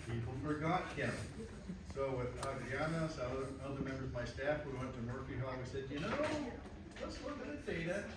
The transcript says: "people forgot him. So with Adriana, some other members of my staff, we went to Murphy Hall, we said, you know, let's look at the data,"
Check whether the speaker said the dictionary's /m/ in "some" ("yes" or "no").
no